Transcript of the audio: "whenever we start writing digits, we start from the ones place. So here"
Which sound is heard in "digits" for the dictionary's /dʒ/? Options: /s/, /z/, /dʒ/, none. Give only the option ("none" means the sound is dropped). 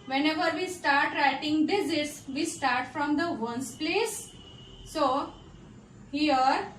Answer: /z/